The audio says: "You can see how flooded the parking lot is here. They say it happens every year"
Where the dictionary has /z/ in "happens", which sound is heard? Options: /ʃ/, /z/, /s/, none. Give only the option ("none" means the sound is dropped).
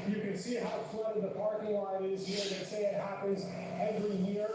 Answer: /z/